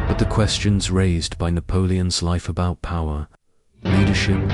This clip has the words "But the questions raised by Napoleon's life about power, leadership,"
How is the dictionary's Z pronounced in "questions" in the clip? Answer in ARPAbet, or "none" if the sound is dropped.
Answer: Z